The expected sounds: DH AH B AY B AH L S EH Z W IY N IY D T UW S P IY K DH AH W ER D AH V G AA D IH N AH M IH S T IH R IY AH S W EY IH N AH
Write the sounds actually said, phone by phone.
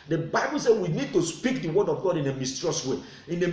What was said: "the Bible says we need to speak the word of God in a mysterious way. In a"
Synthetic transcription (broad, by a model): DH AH B AY B AH L S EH W IY N IY D T UW S P IY K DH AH W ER D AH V G AA D IH N AH M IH S T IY R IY S W EY IH N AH